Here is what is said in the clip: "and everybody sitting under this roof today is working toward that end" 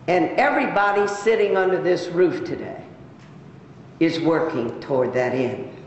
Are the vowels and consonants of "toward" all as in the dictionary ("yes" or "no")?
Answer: yes